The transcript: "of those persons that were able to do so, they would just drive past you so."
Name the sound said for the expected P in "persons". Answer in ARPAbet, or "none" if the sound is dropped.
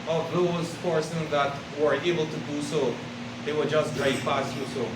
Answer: F